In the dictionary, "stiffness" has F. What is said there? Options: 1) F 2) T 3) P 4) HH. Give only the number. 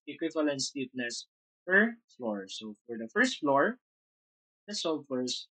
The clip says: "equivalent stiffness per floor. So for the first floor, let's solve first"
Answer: 3